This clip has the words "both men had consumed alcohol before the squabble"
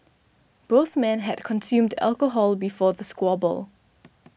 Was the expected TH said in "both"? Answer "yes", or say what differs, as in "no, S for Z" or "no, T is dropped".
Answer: yes